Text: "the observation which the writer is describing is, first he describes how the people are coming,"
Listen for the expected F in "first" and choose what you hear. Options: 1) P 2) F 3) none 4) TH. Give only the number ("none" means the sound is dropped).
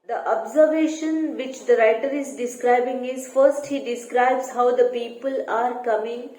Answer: 2